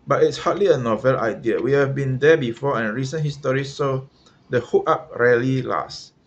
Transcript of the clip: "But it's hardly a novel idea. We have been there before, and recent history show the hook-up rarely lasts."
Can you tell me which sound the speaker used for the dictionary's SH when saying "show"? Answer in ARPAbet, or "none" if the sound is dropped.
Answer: S